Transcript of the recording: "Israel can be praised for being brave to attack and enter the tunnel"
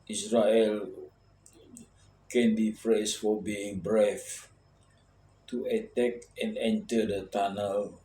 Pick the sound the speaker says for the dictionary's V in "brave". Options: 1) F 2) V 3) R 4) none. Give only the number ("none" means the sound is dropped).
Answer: 1